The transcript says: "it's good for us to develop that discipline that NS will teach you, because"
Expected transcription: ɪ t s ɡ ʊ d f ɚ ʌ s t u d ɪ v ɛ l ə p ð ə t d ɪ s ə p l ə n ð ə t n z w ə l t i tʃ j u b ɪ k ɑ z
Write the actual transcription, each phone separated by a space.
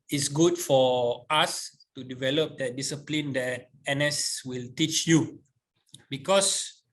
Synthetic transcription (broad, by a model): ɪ t s ɡ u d f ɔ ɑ s t u d ɪ v ɛ l ə p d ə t d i s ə p l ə n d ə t n s w ə l t i tʃ j u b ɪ k ɑ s